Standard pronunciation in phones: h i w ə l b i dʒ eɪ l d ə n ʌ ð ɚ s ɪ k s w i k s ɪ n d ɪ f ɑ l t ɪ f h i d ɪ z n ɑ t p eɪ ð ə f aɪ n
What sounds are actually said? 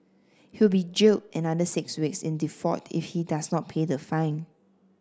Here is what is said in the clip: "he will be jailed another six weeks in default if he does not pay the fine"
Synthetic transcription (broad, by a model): h i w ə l b i dʒ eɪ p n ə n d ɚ s ɪ k s w i k s ɪ n d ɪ f ɑ t ɪ f h i d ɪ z n ɑ t p eɪ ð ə f aɪ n